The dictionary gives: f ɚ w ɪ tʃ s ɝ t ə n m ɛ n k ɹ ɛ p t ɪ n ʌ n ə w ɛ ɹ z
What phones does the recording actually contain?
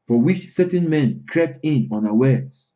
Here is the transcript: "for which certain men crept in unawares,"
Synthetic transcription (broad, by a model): f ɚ w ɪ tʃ s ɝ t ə n m ɛ n k ɹ ɛ p t ɪ n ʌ n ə w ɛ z